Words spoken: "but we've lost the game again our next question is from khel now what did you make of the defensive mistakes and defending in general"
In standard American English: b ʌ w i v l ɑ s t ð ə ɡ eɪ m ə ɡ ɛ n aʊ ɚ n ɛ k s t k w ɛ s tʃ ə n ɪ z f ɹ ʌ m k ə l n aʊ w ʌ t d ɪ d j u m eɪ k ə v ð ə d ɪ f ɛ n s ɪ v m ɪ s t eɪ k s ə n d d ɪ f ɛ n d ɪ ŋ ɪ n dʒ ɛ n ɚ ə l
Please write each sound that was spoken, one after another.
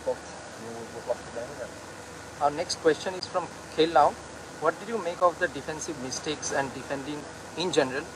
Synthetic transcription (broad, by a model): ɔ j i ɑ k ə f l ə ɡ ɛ aʊ ɚ n ɛ k s t k w ɛ s tʃ ə n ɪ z f ɹ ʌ m k ə l n aʊ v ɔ t d ɪ d j u m eɪ k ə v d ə d ɪ f ɛ n s ɪ v m ɪ s t eɪ k s ə n d d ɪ f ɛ n d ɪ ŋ ɪ n dʒ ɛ n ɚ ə l